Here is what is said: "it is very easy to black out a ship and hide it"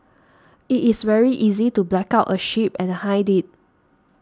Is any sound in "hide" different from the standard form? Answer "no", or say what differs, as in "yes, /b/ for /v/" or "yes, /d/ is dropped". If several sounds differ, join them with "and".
no